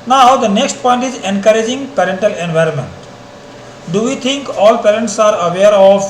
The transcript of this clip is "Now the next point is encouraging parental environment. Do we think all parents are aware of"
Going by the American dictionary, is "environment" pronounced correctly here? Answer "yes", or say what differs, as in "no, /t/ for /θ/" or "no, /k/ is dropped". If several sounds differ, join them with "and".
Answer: yes